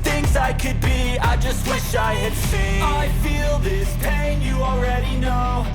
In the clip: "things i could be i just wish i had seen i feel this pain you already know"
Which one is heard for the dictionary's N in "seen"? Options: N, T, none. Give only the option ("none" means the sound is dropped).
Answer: none